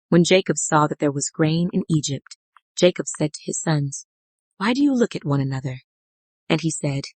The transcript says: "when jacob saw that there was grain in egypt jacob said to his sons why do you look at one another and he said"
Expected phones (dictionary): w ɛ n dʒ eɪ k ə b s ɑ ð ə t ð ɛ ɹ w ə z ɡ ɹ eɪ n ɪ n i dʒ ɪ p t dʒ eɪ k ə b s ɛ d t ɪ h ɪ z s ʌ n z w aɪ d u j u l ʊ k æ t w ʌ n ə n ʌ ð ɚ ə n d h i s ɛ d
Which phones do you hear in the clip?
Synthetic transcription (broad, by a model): w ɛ n dʒ eɪ k ə b s ɑ ð ə t ð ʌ ɹ w ə z ɡ ɹ eɪ n ɪ n i dʒ ɪ p t dʒ eɪ k ə b s ɛ d t ɪ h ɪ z s ʌ n z w aɪ d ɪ j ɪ l ʊ k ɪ t w ʌ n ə n ʌ ð ɚ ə n i s ɛ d